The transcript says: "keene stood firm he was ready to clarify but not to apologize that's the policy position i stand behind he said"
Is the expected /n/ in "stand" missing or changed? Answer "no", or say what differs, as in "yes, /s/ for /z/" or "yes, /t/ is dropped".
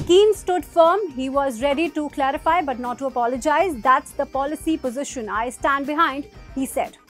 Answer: no